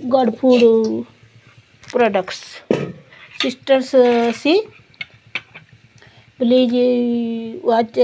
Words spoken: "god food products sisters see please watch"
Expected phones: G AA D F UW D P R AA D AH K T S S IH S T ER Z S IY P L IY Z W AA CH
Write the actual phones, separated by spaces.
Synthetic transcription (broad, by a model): G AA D P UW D P R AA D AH K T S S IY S T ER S S IY B L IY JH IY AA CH